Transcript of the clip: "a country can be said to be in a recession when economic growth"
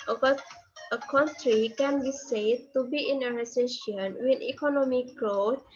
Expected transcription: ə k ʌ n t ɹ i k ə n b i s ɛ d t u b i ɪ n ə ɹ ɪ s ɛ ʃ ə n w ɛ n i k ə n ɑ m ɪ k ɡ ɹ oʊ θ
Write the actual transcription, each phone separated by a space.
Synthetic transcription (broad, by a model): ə k ʌ n t ɹ i k ə n b i s ɛ d t u b i ɪ n ə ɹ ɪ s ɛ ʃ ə n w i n i k ə n ɑ m ɪ k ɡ ɹ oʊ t